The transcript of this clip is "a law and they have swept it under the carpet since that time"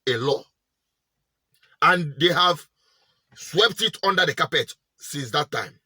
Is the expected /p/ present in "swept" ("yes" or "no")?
yes